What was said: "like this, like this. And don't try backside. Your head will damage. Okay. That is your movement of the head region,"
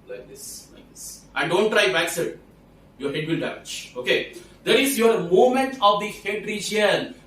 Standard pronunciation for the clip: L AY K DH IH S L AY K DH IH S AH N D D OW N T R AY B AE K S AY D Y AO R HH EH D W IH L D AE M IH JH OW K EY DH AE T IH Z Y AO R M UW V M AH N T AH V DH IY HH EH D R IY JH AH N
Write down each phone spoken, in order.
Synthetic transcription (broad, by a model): L AY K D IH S L AY K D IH S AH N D D OW N T R AY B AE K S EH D Y AO R HH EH D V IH L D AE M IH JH OW K EY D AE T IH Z Y AO R M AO M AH N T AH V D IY HH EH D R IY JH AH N